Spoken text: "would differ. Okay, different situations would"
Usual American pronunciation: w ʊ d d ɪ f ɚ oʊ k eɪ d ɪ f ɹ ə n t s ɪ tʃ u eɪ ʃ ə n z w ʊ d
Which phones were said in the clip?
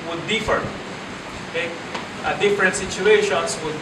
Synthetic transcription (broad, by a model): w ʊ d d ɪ f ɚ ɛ ɑ d ɪ f ɹ ə n t s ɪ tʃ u eɪ ʃ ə n s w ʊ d